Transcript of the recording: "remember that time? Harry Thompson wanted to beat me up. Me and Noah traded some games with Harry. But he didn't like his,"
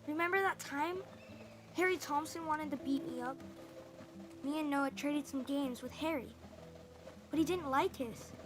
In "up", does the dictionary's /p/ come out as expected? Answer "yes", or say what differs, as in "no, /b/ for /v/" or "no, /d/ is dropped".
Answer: yes